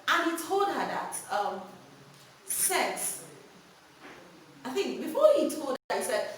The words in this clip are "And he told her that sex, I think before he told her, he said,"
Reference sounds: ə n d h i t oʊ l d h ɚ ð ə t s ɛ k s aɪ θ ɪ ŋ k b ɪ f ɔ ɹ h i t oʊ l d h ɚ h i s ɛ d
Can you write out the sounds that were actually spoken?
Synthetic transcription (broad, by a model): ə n h i t oʊ l d h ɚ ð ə t s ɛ s aɪ θ ɪ ŋ k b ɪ f ɔ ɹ h i t oʊ l d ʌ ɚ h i s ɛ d